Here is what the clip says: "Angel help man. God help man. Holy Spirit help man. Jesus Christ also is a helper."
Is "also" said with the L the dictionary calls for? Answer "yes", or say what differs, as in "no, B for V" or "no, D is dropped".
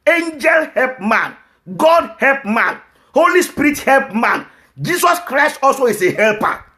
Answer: yes